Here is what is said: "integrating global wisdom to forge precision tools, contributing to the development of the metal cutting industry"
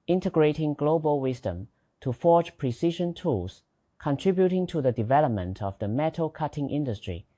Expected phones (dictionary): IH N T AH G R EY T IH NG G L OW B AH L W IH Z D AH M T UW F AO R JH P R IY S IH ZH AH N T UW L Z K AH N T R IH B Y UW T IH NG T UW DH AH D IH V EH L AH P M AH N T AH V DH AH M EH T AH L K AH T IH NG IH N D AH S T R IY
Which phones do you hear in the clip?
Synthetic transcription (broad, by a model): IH N T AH G R EY T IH NG G L OW B AH L W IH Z D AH M T UW F AO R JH P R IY S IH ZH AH N T UW L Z K AH N T R IH B Y UW T IH NG T UW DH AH D IH V EH L AH P M AH N T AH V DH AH M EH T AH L K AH T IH NG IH N D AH S T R IY